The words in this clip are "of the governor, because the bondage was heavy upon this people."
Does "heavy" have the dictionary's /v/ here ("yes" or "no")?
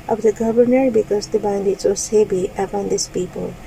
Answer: no